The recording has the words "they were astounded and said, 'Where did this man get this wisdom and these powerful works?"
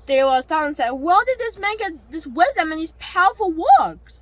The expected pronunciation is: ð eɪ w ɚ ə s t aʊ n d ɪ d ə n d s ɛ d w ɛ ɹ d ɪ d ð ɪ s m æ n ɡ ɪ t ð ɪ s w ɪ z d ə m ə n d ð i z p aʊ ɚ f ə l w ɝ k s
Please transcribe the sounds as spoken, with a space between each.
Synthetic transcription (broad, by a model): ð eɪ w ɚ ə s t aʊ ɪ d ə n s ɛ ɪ w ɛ l d ɪ d ð ɪ s m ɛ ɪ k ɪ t ð ɪ s w ɪ z d ə m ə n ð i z p aʊ ɚ f ə l w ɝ k s